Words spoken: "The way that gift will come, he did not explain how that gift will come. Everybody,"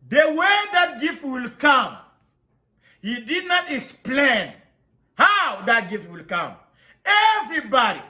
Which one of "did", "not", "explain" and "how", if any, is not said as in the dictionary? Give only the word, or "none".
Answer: none